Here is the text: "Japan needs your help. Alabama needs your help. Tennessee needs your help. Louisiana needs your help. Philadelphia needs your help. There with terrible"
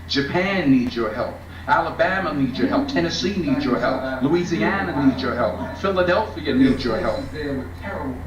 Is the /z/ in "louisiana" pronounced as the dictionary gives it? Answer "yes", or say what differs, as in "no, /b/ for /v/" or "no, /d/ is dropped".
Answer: yes